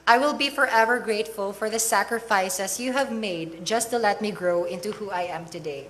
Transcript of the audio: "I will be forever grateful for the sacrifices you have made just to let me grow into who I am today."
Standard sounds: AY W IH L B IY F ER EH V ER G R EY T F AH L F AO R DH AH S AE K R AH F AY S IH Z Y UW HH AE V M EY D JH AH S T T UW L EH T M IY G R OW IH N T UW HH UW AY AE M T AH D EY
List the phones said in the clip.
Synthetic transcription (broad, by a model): AY W IH L B IY F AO EH V ER G R EY T F AH L F AO R DH AH S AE K R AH F AY S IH S Y UW HH AE V M EY D JH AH S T T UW L EH T M IY G R OW IH N T UW HH UW AY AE M T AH D EY